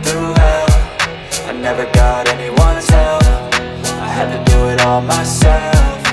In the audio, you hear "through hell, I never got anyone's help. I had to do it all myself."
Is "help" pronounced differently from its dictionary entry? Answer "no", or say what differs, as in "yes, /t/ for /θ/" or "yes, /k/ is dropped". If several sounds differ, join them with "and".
yes, /f/ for /p/